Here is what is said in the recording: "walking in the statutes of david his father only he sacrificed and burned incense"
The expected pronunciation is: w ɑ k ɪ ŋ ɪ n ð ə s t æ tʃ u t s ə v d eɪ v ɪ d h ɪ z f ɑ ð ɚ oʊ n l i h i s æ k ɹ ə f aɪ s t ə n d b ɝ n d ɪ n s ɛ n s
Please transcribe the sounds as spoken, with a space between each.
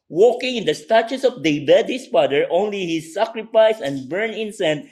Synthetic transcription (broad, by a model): w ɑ k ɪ ŋ ɪ n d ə s t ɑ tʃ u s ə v d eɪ b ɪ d h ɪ s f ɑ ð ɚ oʊ n l i h i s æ k ɹ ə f aɪ s ə n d b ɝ n ɪ n s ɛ n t